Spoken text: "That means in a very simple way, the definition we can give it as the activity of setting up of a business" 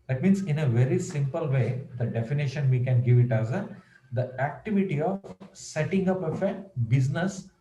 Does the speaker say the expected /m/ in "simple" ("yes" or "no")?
yes